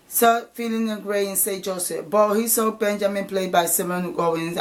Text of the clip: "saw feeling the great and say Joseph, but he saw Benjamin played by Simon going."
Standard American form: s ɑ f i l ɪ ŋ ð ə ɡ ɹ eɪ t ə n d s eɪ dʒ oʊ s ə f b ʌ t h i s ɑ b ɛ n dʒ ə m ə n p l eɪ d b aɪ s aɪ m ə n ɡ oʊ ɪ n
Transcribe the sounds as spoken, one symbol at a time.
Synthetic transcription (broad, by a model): s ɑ f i l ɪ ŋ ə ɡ ɹ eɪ ə n s eɪ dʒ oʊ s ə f b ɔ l h i s ɑ b ɛ n dʒ ə m ə n p l eɪ d b aɪ s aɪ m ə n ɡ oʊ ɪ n